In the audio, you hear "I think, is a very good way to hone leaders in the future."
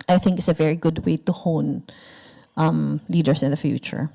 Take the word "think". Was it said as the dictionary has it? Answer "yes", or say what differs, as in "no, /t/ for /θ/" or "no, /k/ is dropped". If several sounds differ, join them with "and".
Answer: yes